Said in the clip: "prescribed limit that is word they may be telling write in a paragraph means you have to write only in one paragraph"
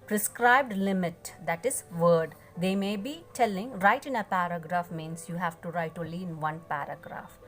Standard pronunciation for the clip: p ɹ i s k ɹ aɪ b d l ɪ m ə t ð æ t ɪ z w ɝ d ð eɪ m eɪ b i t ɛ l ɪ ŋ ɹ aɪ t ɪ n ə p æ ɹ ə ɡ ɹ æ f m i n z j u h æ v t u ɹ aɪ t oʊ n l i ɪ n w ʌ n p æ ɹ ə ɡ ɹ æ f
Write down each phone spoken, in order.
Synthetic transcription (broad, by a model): p ɹ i s k ɹ aɪ b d l ɪ m ə t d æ t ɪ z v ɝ d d eɪ m eɪ b i t ɛ l ɪ ŋ ɹ aɪ t ɪ n ə p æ ɹ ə ɡ ɹ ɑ f m i n s j u h æ v t u ɹ aɪ t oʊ l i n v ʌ n p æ ɹ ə ɡ ɹ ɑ f